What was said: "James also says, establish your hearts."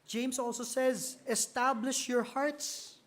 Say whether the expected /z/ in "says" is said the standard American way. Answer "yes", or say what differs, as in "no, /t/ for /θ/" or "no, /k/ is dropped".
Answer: yes